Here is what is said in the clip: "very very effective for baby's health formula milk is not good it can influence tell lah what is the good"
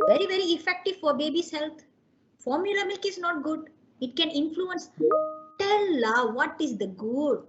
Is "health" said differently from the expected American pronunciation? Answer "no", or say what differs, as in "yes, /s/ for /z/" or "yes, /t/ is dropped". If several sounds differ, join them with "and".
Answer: yes, /t/ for /θ/